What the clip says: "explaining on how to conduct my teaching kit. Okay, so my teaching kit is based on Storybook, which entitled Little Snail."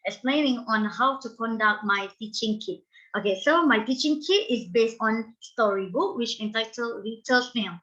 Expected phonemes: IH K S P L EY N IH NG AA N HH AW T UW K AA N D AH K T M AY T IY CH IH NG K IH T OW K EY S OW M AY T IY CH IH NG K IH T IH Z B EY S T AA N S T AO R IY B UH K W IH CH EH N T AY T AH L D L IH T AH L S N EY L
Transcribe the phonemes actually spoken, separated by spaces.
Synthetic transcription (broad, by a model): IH K S P L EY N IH NG AA N HH AW T UW K AA N D AH K T M AY T IY CH IH NG K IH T OW K EY S OW M AY T IY CH IH NG K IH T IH S B EY S T AA N S T AO R IY B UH K W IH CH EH N T AY T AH L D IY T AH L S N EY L